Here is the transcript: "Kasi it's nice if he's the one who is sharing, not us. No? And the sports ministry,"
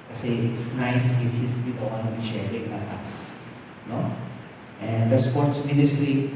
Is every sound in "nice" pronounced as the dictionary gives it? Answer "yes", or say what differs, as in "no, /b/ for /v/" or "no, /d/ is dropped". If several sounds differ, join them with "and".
yes